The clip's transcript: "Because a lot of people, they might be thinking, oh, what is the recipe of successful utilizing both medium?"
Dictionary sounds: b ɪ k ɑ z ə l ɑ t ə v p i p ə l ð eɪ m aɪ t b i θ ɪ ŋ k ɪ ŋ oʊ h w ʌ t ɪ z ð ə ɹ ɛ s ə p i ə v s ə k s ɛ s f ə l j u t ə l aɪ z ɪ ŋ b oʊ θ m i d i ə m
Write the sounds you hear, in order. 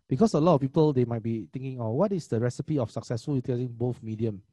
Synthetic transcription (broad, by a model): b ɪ k ɑ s ə l ɑ t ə f p i p ə l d eɪ m aɪ t b i t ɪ ŋ k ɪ ŋ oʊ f w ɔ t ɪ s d ə ɹ ɛ s ə p i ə f s ə k s ɛ s f ə l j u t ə aɪ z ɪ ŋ b oʊ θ m i d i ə m